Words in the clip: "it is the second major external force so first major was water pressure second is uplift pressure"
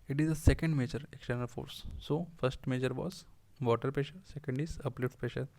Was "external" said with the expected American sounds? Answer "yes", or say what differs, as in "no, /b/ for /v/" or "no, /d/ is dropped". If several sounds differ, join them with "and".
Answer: yes